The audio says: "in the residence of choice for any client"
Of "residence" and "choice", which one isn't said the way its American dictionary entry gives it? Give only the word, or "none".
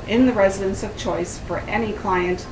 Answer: none